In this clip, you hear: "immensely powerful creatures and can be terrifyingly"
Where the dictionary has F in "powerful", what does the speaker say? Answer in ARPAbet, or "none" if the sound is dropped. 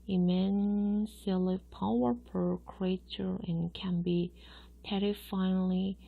P